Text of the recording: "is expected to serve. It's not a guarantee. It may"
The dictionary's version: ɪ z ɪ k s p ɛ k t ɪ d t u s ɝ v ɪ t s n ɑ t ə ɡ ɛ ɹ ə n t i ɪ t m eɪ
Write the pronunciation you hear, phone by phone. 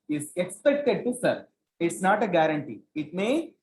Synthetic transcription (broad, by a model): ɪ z ɪ k s p ɛ k t ɪ d t u s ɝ ɪ t s n ɑ t ə ɡ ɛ ɹ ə n t i ɪ t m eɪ